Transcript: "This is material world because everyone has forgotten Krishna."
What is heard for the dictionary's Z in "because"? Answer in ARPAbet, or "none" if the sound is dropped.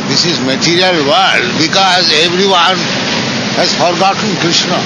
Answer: Z